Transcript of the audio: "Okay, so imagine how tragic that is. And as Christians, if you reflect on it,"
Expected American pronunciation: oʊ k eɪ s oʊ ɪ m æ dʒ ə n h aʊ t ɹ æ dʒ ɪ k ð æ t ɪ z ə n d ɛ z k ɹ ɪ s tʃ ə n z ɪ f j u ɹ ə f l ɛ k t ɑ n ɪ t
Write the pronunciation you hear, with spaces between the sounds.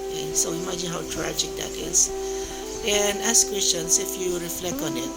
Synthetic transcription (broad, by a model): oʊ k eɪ s oʊ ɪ m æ dʒ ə n h aʊ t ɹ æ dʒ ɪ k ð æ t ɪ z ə n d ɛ s k w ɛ s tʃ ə n s ɪ f j u ɹ ə f l ɛ k t ɑ n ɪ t